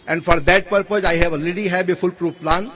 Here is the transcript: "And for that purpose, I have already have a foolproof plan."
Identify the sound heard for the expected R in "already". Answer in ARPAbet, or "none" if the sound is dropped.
none